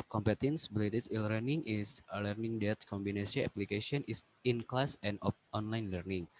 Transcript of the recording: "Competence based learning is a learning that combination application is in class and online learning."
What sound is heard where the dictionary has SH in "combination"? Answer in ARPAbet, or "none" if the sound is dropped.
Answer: S